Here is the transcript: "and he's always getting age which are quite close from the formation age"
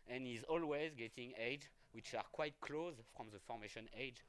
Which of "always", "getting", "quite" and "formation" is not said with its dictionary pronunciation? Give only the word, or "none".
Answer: none